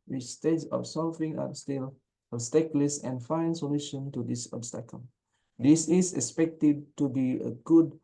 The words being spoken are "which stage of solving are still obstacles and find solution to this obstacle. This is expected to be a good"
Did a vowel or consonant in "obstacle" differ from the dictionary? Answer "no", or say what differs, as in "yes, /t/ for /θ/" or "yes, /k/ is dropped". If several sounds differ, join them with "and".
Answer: no